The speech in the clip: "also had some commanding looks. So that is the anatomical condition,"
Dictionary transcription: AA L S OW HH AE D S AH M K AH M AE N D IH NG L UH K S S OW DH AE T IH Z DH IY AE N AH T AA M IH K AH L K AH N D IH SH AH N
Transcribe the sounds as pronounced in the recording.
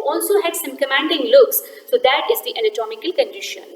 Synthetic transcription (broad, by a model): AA L S OW HH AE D S AH M K AH M AE N D IH NG L UH K S S OW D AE T IH Z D IY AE L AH T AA M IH K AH L K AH N D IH SH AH N